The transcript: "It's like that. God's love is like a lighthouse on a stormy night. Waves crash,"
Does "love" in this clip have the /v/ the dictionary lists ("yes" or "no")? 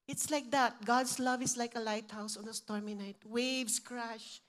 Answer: yes